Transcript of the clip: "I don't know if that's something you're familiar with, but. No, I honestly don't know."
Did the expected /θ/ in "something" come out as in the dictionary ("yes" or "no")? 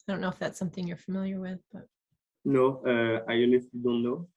yes